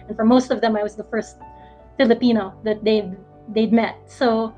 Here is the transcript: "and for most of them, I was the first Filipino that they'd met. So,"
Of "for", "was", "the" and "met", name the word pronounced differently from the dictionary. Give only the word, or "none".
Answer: none